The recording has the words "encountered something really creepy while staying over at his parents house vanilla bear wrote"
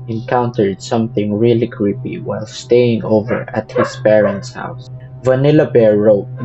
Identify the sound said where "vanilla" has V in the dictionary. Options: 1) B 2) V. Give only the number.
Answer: 2